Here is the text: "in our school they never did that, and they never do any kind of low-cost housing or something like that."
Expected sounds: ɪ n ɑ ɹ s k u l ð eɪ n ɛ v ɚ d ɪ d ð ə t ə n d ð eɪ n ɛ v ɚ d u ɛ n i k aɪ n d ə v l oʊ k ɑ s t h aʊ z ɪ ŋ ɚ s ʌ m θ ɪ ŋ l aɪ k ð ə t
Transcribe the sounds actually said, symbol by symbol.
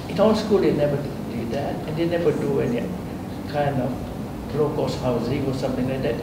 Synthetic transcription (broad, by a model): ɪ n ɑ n s k u l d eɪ n ɛ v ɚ d ɪ d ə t ə n d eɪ n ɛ v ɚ d u ɛ n i k aɪ n d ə b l oʊ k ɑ s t h aʊ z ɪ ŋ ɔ s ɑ m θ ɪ ŋ l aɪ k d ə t